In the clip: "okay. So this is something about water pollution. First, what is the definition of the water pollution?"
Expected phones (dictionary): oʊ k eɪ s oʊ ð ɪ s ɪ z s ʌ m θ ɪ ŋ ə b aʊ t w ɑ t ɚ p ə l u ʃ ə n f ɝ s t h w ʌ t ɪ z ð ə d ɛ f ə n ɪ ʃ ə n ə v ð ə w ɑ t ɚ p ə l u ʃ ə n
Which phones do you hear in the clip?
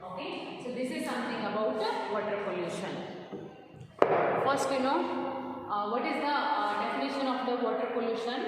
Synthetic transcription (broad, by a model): oʊ k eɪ s oʊ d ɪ s ɪ z s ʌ m t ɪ ŋ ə b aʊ t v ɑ t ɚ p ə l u ʃ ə n f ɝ s t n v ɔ t ɪ z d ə d ɛ f ə n ɪ ʃ ə n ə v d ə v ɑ t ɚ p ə l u ʃ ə n